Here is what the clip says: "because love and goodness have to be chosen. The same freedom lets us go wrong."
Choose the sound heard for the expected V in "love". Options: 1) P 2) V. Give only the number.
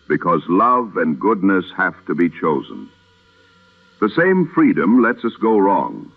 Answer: 2